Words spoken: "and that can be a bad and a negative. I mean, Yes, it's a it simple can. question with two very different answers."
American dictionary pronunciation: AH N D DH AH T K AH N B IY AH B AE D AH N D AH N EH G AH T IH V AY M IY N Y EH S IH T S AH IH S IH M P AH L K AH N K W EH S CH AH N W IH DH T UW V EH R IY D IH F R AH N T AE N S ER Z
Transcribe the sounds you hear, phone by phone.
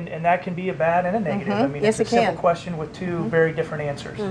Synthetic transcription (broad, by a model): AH N DH AH T K AH N B IY AH B AE D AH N AH N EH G T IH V AY M IY N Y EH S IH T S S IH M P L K K W EH S CH AH N W IH DH T UW V EH R IY D IH F R AH N T AE N S ER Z